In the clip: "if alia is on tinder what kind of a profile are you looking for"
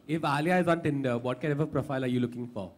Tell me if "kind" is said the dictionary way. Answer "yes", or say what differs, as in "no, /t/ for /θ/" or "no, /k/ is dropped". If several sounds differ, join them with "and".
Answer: no, /d/ is dropped